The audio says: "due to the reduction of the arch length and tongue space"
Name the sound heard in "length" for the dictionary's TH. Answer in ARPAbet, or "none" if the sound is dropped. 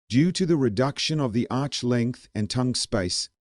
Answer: TH